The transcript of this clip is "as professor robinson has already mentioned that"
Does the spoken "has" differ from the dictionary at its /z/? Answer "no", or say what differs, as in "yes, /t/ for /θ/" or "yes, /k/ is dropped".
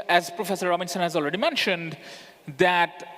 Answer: no